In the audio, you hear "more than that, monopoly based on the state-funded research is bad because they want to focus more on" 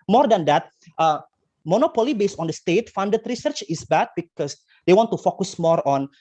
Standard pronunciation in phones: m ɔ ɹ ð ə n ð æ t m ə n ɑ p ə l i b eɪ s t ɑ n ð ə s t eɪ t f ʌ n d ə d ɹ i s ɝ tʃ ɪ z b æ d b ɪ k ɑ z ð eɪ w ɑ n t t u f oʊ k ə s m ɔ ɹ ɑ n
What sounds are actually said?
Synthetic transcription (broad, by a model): m ɔ ɹ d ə n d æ t m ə n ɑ p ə l i b eɪ s t ɑ n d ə s t eɪ t f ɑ n d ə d ɹ i s ɝ tʃ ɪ s b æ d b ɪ k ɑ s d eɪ w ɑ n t t u f oʊ k ə s m ɔ ɹ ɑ n